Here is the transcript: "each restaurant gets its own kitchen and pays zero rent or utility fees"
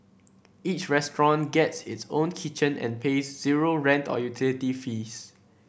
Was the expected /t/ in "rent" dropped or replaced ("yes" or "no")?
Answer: no